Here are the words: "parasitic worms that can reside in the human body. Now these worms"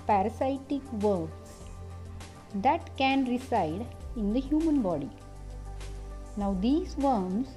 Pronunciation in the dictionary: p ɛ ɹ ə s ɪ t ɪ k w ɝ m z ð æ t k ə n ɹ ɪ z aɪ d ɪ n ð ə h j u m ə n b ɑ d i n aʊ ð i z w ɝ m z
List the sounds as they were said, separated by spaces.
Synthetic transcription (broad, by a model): p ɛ ɹ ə s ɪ t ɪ k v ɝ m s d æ t k ə n ɹ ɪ s aɪ d ɪ n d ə h j u m ə n b ɑ d i n aʊ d i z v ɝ m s